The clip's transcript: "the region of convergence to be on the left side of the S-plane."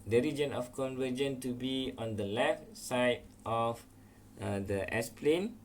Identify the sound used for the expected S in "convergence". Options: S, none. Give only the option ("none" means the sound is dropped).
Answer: none